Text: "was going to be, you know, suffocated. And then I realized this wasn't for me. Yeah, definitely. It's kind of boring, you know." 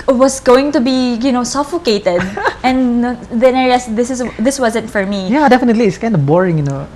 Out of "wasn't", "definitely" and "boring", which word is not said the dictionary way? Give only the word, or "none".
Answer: none